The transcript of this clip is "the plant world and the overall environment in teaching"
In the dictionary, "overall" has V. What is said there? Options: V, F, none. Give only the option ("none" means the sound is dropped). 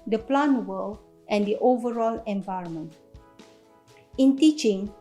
V